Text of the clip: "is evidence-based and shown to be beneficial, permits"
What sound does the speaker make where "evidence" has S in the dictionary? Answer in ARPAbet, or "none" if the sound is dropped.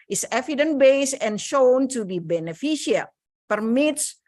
none